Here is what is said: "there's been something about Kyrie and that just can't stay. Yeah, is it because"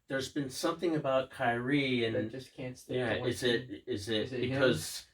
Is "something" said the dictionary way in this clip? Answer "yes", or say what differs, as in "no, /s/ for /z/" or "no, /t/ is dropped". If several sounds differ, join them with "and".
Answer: yes